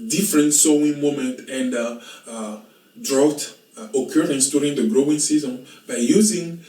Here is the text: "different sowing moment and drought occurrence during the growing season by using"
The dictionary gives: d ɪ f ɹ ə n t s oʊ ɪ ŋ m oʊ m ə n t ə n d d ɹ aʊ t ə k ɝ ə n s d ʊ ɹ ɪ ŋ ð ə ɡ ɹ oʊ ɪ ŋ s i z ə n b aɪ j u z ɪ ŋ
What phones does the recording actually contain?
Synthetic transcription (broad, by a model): d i f ɹ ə n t s oʊ ɪ ŋ m oʊ m ə n t ə n d d ɹ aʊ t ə k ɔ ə n s d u ɹ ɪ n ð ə ɡ ɹ oʊ ɪ ŋ s i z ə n b aɪ j u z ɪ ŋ